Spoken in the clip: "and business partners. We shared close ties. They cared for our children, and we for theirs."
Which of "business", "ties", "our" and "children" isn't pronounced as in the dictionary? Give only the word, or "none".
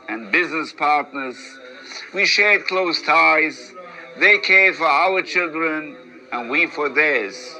none